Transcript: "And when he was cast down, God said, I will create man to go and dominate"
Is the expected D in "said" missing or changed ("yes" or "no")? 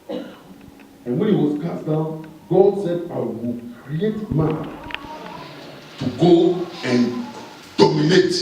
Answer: no